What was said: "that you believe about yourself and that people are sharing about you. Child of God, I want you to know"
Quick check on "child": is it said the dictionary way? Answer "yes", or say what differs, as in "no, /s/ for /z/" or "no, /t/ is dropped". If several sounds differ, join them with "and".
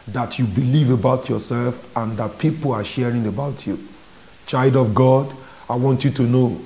yes